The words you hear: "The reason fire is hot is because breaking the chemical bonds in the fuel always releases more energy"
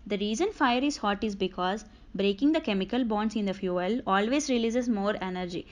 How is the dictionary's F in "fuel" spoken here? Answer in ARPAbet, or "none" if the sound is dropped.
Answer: F